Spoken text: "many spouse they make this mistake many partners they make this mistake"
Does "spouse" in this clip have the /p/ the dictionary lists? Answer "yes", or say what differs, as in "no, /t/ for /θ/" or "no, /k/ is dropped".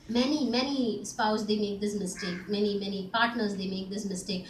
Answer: yes